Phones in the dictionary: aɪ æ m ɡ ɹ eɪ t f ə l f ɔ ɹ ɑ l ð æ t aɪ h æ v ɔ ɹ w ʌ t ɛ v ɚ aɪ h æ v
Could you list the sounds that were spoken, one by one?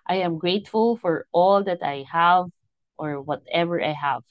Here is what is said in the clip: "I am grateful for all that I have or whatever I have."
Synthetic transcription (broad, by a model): aɪ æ m ɡ ɹ eɪ t f ə l f ɔ ɹ ɑ l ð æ t aɪ h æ v ɔ ɹ w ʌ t ɛ v ɚ aɪ h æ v